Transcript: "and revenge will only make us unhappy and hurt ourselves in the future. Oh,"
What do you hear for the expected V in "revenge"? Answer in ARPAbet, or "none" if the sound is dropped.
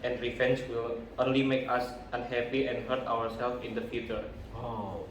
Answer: F